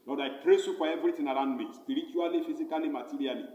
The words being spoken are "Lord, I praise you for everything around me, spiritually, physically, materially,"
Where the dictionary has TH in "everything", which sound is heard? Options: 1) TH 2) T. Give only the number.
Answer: 2